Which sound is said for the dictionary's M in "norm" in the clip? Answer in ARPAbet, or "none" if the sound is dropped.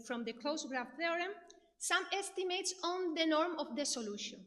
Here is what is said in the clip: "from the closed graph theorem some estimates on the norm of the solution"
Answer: M